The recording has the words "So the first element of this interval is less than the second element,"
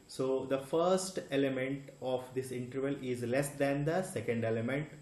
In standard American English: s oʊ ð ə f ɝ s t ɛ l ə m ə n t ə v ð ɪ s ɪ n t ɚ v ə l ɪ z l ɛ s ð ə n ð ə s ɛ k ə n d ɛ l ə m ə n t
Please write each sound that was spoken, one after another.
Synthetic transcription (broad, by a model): s oʊ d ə f ɝ s t ɛ l ə m ə n t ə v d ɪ s ɪ n t ɚ v ə l ɪ z l ɛ s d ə n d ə s ɛ k ə n d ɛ l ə m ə n t